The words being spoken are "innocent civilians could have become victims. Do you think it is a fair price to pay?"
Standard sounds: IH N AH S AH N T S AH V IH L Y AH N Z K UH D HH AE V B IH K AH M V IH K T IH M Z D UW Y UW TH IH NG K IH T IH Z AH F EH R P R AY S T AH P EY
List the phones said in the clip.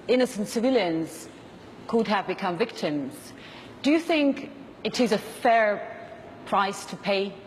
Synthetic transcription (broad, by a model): IH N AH S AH N T S AH V IH L Y AH N Z K UH D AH V B IH K AH M V IH K T IH M Z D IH Y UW TH IH NG K IH T IH Z AH F EH R P R AY S T AH P EY